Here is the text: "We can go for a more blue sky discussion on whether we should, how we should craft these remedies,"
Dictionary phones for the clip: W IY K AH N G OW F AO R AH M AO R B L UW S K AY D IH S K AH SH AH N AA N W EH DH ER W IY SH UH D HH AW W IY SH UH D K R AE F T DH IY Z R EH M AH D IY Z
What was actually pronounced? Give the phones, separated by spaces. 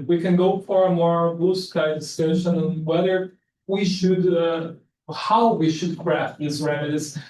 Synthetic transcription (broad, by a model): W IY K AH N G OW F AO R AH M AO R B UW S K AY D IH S EH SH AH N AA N W EH DH ER W IY SH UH D HH AW W IY SH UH D K R AE F T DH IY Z R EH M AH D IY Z